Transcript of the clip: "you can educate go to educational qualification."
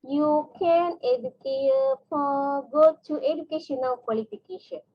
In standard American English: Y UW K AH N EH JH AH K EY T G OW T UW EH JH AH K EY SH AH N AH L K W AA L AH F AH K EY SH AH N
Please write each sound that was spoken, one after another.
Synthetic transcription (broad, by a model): Y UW K AH N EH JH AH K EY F G OW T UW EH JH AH K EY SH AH N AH W K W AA L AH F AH K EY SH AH N